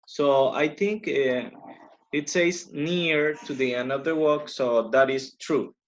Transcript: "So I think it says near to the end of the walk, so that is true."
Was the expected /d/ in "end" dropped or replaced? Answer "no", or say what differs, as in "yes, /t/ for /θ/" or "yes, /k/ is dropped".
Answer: yes, /d/ is dropped